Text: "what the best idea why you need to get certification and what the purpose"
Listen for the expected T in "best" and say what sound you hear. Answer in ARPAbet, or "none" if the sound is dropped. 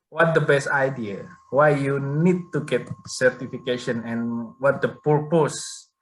T